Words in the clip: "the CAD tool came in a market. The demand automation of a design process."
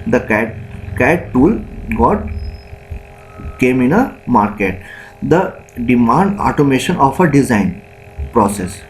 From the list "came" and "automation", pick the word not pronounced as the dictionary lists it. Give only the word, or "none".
none